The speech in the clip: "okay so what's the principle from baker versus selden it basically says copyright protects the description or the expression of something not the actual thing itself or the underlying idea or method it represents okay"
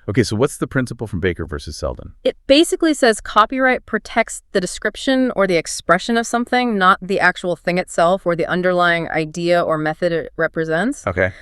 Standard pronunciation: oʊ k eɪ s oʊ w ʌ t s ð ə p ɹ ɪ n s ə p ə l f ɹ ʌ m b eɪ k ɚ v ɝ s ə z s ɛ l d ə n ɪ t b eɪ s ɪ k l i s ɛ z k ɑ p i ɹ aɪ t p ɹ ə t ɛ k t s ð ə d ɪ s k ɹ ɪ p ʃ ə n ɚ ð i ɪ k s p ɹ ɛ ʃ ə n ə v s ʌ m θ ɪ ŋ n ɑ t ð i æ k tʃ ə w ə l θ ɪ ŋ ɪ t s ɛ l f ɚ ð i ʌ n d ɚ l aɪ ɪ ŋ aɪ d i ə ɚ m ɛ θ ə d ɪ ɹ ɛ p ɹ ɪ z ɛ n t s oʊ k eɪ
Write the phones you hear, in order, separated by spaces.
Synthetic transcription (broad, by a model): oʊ k eɪ s oʊ w ʌ t s ð ə p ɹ ɪ n s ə p l f ɹ ʌ m b eɪ k ɚ v ɝ s ə z s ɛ l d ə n ɪ t b eɪ s ɪ k l i s ɛ z k ɑ p i ɹ aɪ t p ɹ ə t ɛ k t s ð ə d ɪ s k ɹ ɪ p ʃ ə n ɚ ð i ɪ k s p ɹ ɛ ʃ ə n ə v s ʌ m θ ɪ ŋ n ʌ t ð i æ k tʃ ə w l θ ɪ ŋ ɪ t s ɛ l f ɚ ð i ʌ n d ɚ l aɪ ɪ ŋ aɪ d i ə ɚ m ɛ θ ə d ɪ ɹ ɛ p ɹ ɪ z ɛ n t s oʊ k eɪ